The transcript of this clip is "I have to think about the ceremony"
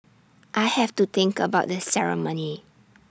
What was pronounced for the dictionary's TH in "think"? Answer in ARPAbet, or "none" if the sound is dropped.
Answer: T